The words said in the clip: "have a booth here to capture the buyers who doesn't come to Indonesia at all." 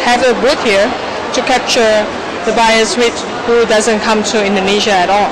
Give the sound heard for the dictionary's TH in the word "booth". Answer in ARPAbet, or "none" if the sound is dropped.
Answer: T